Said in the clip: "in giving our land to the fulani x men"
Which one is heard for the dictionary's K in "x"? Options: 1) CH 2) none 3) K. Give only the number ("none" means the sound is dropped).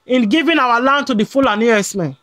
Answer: 2